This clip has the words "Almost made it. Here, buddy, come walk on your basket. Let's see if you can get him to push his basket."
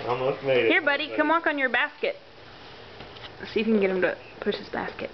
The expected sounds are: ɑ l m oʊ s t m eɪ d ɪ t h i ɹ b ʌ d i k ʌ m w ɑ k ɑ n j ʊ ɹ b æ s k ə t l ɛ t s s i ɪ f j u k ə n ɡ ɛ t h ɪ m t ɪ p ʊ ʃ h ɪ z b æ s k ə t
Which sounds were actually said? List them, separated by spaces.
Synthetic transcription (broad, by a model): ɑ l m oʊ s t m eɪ ɪ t h i ɹ b ʌ d i k ʌ m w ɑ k n j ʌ ɹ b æ s k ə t t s s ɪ j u k ə n ɡ ɛ t h ɪ m t ɪ p ʊ ʃ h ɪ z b æ s k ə t